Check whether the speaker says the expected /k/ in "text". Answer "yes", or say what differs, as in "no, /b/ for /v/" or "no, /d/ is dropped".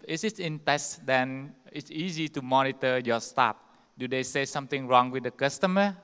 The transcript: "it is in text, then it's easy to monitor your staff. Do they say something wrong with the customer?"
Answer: no, /k/ is dropped